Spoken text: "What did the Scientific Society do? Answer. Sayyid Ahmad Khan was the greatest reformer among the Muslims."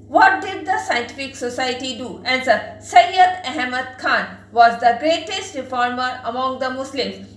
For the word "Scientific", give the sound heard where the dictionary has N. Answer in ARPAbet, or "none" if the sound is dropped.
N